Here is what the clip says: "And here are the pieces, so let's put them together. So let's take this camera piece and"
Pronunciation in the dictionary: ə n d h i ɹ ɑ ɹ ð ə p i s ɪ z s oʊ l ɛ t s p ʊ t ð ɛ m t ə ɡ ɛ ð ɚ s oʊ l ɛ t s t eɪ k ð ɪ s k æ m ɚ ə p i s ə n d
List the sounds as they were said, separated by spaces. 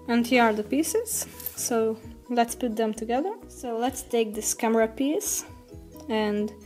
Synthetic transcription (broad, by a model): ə n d h i ɹ ɑ ɹ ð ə p i s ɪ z s oʊ l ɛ t s p ʊ t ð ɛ m t ə ɡ ɛ ð ɚ s oʊ l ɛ t s t eɪ k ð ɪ s k æ m ɚ ə p i s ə n d